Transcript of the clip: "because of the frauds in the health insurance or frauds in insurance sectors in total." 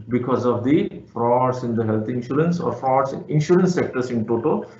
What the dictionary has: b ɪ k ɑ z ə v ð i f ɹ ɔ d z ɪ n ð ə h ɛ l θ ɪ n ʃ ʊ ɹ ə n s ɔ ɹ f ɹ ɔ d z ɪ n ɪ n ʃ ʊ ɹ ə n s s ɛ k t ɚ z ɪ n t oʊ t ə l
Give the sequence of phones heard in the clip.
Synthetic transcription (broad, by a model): b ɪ k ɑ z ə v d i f ɹ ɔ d s ɪ n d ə h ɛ l t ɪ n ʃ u ɹ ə n s ɔ ɹ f ɹ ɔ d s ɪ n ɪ n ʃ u ɹ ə n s s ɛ k t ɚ s ɪ n t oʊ t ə